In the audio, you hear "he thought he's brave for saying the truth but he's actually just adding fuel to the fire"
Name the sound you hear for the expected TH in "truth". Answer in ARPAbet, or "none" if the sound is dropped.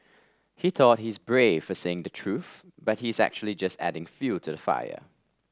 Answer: TH